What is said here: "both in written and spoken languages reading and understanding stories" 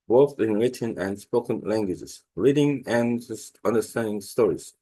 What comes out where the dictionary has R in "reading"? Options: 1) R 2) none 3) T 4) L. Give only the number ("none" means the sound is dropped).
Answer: 1